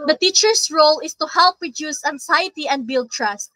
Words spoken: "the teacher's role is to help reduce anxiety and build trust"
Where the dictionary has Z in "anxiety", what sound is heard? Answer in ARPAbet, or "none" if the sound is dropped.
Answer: S